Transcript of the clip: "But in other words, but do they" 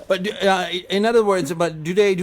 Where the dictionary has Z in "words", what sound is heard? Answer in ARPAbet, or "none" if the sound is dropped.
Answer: Z